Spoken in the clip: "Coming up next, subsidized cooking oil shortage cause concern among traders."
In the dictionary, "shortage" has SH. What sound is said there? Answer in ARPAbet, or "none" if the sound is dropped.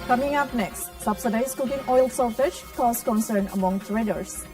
S